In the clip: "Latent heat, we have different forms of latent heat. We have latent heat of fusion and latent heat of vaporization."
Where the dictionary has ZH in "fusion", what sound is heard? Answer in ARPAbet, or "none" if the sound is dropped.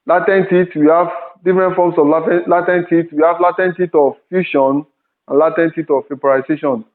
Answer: SH